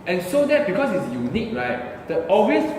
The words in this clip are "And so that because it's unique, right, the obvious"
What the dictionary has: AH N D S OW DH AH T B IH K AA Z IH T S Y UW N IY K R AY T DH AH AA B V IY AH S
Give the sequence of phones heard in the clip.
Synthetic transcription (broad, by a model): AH N S OW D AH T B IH K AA S IH T S Y UW N IY K R AY T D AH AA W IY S